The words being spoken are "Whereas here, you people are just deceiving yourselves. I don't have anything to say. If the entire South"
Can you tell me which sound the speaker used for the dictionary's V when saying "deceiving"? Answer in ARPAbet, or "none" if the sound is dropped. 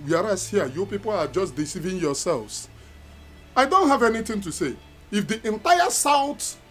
V